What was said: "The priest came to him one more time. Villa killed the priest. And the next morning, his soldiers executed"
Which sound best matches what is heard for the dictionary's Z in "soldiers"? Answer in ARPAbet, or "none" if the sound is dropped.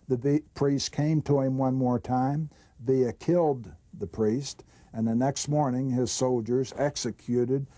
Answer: Z